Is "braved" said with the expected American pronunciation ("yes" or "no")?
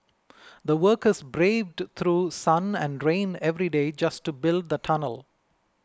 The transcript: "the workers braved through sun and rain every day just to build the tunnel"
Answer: yes